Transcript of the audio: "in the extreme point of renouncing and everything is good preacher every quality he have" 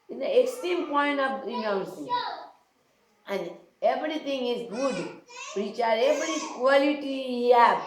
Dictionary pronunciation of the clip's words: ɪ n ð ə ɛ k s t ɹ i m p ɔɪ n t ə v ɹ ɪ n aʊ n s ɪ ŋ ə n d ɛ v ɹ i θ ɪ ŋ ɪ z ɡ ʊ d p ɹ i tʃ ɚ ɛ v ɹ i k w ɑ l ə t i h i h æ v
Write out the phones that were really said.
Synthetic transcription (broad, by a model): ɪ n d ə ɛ k s t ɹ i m p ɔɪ n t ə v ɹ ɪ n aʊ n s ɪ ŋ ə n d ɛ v ɹ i t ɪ ŋ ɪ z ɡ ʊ d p ɹ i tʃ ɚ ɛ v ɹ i k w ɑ l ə t i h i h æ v